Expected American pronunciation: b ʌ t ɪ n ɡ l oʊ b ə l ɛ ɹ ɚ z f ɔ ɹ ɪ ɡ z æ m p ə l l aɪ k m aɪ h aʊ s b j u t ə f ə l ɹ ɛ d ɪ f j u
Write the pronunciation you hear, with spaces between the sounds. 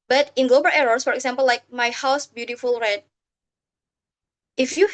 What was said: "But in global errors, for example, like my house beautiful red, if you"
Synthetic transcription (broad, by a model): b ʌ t ɪ n ɡ l oʊ b ə l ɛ ɹ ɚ s f ɔ ɹ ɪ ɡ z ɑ m p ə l l aɪ k m aɪ h aʊ s b j u t ə f ə l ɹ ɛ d ɪ f j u